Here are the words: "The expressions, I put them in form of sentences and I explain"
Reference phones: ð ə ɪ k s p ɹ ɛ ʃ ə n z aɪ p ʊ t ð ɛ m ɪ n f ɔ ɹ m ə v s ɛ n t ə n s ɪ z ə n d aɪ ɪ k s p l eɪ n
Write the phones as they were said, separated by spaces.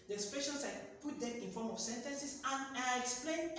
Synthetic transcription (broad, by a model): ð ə s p ɛ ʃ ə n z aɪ p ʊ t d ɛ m ɪ n f ɔ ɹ m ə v s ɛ n t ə n s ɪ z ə n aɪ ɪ k s p l eɪ n